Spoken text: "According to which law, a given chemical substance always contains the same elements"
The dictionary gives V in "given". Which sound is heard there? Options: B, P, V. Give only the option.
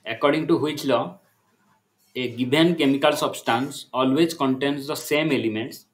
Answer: B